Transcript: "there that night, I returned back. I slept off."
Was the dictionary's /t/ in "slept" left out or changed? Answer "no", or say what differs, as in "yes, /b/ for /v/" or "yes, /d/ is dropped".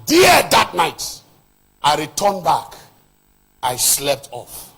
no